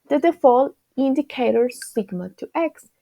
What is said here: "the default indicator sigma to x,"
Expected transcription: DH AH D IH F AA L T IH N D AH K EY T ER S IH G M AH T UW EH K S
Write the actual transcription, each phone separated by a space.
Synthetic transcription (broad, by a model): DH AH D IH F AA L IH N D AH K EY T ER S IH G M AH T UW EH K S